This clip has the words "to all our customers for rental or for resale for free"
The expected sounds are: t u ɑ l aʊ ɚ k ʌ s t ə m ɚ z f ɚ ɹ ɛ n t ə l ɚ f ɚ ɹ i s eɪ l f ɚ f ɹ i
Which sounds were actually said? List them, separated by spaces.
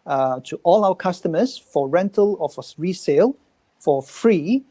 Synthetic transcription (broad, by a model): t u ɑ l aʊ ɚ k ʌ s t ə m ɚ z f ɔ ɹ ɛ n t ə l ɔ f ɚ ɹ i s eɪ l f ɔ f ɹ i